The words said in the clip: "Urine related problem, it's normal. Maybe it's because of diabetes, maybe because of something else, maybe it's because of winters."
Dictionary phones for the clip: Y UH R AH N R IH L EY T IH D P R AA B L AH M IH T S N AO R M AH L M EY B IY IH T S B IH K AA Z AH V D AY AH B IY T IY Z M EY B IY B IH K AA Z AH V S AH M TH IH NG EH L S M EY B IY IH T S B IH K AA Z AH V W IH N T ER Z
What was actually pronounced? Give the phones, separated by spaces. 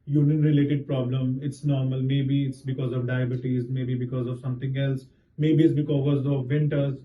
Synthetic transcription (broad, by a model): Y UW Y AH N R IH L EY T IH D P R AA B L AH M IH T S N AO R M AH L M EY B IY IH T S B IH K AA Z AH V D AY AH B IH T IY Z M EY B IY B IH K AA Z AH V S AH M T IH NG EH L S M EY B IY IH T S B IH K AA Z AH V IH N T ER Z